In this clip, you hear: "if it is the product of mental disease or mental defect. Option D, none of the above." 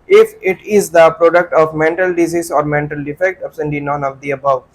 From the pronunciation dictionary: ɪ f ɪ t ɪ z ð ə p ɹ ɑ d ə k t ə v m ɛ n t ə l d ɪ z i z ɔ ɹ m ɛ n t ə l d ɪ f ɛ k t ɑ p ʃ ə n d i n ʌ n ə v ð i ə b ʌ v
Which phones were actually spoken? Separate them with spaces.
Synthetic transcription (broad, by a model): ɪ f ɪ t ɪ z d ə p ɹ ɑ d ə k t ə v m ɛ n t ə l d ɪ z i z ɔ ɹ m ɛ n t ə l d ɪ f ɛ k t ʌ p s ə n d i n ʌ n ə v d i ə b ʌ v